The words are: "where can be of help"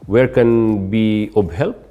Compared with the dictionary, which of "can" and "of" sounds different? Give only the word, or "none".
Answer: of